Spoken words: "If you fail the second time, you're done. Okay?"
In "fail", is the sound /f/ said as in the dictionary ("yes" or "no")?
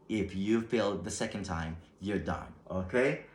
no